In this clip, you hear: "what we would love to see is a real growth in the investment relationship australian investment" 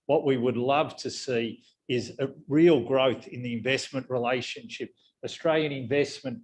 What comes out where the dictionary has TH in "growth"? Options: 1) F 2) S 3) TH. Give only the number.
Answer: 3